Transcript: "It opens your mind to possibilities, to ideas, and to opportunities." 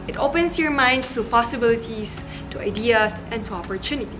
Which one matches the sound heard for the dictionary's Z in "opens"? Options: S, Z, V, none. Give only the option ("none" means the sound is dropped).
S